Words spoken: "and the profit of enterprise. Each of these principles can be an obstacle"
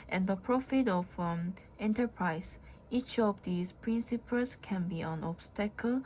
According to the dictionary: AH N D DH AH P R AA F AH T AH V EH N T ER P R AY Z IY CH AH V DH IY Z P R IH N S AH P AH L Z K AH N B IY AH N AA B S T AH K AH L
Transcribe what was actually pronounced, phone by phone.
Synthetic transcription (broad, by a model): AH N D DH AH P R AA F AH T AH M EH N T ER P R AY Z IY CH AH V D IY S P R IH N S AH P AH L S K AH N B IY AH N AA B S T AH K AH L